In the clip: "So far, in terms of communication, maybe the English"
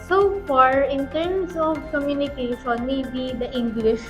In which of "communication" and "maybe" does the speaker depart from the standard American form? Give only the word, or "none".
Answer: communication